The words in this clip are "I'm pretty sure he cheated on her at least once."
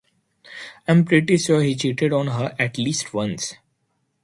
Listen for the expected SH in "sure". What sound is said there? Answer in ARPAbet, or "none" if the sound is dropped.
S